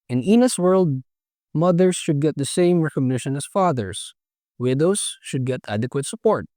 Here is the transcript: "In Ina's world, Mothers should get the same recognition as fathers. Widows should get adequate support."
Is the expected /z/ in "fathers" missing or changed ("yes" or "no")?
yes